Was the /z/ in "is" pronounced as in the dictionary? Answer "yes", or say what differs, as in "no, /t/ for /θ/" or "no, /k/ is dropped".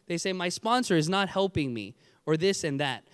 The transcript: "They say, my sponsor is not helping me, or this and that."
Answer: yes